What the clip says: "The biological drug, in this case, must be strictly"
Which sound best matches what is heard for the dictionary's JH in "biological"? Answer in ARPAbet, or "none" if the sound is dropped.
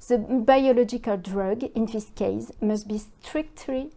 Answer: JH